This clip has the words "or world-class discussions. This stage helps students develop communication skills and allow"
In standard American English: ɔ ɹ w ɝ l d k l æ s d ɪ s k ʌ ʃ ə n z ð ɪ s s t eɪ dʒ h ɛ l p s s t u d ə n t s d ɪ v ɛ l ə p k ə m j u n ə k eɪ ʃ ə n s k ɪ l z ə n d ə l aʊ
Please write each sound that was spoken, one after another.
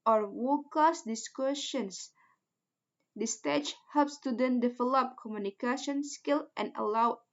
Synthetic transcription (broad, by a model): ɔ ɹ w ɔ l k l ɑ s d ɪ s k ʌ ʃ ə n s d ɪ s s t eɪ tʃ h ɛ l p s s t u d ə n d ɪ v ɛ l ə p k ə m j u n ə k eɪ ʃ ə n s k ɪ l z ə n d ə l aʊ